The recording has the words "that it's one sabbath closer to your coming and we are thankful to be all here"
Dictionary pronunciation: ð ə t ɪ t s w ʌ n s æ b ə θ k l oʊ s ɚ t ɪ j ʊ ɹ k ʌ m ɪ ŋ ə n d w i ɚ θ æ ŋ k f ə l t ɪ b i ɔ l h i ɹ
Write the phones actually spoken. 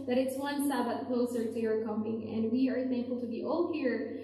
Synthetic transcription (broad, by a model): ð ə t ɪ t s w ʌ n s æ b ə t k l oʊ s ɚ t ɪ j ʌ ɹ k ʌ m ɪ ŋ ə n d w i ɚ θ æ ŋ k f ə l t ɪ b i ɔ l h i ɹ